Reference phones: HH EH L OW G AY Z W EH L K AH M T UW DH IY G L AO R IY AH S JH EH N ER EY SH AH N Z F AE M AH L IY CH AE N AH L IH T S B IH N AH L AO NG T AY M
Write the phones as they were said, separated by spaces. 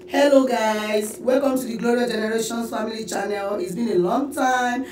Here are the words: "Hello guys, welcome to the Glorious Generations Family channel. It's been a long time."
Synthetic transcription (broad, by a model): HH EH L OW G AY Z W EH L K AH M T UW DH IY G L AO R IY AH JH EH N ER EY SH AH N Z F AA M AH L IY CH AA N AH L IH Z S B IH N AH L AO NG T AY M